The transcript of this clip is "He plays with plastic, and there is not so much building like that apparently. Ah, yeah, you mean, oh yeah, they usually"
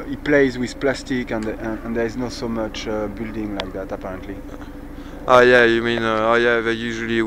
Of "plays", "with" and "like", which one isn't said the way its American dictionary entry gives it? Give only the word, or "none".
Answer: none